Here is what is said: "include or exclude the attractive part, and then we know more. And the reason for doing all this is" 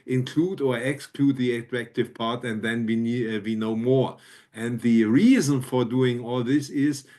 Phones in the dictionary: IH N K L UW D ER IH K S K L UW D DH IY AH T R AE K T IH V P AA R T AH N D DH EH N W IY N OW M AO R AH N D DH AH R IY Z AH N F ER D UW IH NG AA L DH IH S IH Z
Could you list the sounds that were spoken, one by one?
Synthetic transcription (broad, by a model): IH N K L UW D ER IH K S K L UW D DH IY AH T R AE K T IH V P AA R T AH N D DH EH N W IY N OW M AO R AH N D DH AH R IY Z AH N F ER D UW IH NG AA L DH IH S IH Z